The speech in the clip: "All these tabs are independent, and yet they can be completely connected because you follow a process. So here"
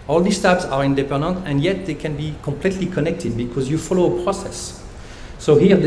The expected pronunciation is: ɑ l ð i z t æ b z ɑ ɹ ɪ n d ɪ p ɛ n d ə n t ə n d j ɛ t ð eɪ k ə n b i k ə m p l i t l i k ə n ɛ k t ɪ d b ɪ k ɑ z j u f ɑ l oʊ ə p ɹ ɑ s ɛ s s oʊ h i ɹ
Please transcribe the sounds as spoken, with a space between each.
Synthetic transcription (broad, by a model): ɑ l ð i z t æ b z ɑ ɹ ɪ n d ɪ p ɛ n d ə n t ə n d j ɛ t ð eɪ k ə n b i k ə m p l i t l i k ə n ɛ k t ɪ d b ɪ k ɑ z j u f ɑ l oʊ ə p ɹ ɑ s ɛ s s oʊ h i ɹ